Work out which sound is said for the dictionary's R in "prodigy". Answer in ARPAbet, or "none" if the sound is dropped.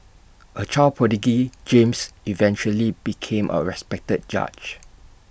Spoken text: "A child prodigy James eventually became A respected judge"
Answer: none